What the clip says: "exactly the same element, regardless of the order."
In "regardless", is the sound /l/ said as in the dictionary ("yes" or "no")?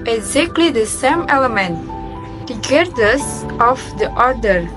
no